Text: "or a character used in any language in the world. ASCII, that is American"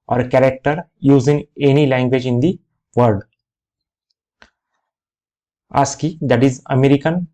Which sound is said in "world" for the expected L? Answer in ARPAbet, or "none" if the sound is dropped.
none